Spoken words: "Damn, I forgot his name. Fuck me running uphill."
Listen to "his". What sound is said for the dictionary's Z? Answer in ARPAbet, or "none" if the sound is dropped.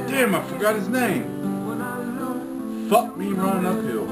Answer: Z